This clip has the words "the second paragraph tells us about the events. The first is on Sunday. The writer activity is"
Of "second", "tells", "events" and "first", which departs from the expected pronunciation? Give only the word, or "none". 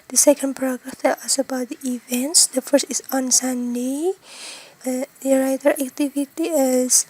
tells